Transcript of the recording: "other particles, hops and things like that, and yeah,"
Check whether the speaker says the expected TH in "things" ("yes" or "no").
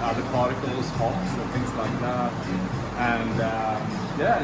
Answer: yes